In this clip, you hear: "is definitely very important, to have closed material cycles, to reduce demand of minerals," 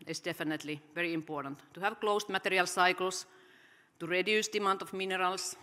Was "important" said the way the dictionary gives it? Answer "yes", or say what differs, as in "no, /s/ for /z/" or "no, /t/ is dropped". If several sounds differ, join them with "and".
yes